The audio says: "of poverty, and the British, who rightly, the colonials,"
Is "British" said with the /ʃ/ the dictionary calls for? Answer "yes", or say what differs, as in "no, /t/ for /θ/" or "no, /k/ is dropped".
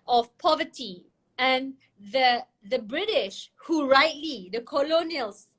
yes